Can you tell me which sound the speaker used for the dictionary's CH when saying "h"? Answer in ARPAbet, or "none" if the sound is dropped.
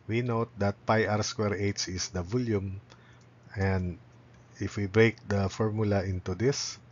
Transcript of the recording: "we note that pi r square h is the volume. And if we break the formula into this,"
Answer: S